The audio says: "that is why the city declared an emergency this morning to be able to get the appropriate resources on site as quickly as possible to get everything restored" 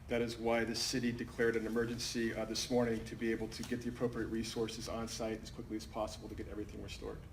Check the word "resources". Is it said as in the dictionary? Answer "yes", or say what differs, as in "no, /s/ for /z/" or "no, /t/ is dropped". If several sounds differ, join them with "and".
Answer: yes